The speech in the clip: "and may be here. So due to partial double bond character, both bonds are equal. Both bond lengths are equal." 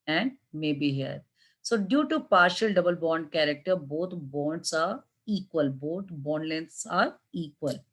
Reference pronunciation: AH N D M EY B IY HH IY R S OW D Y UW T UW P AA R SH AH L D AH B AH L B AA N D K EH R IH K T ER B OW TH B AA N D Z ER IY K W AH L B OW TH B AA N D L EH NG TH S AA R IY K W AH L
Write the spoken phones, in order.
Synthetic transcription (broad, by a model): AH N D M EY B IY HH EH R S OW D Y UW T UW P AA R SH AH L D AH B AH L B AA N D K EH R IH K T ER B OW T B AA N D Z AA IY K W AH L B OW T B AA N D L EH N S AA R IY K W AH L